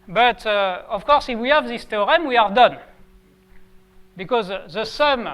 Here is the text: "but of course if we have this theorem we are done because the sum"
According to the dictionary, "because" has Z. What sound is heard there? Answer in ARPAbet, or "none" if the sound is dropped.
Z